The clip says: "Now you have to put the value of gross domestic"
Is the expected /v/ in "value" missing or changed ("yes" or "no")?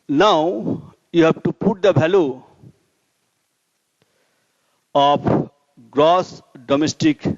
yes